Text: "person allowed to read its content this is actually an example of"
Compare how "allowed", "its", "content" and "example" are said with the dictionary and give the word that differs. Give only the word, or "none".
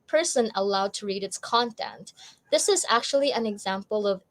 none